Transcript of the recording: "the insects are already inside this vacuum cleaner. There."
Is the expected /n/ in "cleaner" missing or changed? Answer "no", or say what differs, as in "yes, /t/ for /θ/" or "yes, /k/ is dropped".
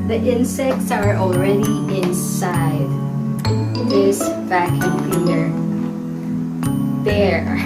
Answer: yes, /l/ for /n/